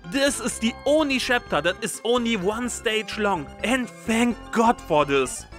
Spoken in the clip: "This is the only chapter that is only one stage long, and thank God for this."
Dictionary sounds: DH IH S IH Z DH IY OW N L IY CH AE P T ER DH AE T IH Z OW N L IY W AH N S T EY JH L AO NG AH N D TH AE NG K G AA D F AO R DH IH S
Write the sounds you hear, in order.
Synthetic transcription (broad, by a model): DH IH S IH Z DH IY OW N L IY SH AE P T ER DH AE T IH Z OW N L IY W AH N S T EY JH L AO NG AH N D TH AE NG K G AA D F AO R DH IH S